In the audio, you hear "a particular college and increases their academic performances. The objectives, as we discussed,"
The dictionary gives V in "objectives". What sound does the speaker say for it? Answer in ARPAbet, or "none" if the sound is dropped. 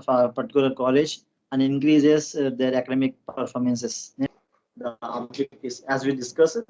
none